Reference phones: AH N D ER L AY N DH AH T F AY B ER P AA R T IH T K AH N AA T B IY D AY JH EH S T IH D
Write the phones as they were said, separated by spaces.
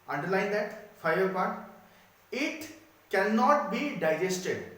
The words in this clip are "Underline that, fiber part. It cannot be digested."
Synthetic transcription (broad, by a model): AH N D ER L AY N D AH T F AY ER P AA R T IH T K AH N AA T B IY D AY JH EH S T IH D